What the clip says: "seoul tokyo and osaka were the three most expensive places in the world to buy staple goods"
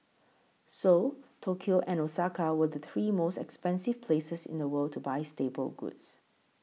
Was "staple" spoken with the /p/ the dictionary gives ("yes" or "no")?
no